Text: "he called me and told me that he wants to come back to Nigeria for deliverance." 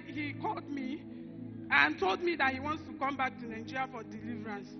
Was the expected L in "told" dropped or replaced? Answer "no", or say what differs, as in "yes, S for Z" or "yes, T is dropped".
no